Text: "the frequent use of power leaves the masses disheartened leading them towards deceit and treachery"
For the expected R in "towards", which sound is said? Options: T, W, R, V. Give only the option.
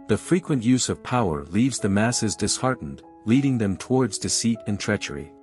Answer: R